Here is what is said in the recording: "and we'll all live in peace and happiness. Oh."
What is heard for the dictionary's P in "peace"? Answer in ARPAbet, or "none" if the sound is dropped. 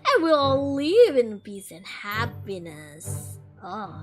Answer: B